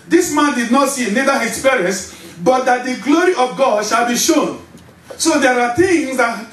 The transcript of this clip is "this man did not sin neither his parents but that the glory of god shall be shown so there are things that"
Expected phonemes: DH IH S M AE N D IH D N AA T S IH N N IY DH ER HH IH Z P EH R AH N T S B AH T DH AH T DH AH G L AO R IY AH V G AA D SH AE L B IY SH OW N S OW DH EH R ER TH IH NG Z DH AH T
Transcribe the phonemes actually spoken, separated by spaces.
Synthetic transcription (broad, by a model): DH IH S M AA N D IH D N AA T S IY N N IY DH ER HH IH S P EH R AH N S B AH T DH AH T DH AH G L AO R IY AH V G AA D SH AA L B IY SH OW N S OW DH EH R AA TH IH NG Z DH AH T